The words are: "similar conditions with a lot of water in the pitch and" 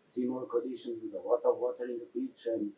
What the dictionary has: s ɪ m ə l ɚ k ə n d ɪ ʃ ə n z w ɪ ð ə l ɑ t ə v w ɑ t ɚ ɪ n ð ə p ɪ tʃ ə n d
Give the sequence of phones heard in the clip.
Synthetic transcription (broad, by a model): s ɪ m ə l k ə d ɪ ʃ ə n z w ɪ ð ə w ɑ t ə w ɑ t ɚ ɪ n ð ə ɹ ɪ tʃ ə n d